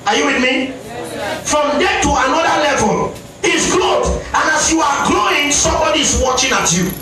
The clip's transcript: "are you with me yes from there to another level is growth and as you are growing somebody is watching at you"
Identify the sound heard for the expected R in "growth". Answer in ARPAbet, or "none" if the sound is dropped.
L